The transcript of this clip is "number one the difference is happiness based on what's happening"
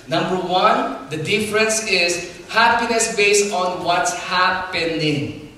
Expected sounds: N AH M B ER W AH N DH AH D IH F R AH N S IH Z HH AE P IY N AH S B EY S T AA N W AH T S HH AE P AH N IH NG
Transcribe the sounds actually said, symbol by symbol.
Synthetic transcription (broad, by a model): N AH M B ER W AH N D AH D IH F R AH N S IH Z HH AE P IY N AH S B EY S T AA N W AH T S HH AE P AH N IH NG